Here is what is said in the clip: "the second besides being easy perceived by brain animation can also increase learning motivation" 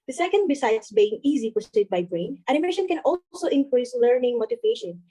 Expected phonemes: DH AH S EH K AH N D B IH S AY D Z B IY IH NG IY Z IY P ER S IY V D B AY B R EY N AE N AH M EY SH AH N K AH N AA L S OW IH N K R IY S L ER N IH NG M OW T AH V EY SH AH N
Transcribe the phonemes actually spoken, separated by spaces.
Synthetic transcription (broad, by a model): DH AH S EH K AH N D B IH S AY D S B IY IH NG IY Z IY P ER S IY D B AY B R EY N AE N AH M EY SH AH N K AH N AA L S OW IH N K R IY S L ER N IH NG M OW T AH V EY SH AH N